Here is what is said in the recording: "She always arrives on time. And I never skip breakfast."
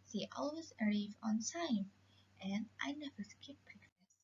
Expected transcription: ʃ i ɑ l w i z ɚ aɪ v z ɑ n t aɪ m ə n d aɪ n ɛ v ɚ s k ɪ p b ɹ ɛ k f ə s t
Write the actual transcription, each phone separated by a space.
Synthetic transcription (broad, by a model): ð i ɑ l w i z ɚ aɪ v ɑ n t aɪ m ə n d aɪ n ɛ v ɚ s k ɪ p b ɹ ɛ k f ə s